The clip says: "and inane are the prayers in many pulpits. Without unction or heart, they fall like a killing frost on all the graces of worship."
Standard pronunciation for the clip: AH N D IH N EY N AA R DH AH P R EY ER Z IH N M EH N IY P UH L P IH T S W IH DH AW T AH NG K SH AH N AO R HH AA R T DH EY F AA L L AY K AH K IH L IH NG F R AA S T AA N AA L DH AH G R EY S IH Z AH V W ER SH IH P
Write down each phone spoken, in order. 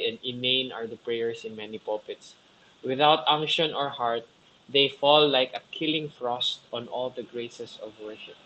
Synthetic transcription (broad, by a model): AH N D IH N EY N AA R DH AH P R EY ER S IH N M EH N IY P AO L P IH T S W IH DH AW T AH NG K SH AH N AO R HH AA R T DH EY F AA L L AY K AH K IH L IH NG F R AA S T AA N AA L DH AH G R EY S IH S AH V W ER SH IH P